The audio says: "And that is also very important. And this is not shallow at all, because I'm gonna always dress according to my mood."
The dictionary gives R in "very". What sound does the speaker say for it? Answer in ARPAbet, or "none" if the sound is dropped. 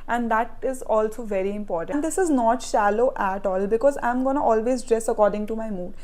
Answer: R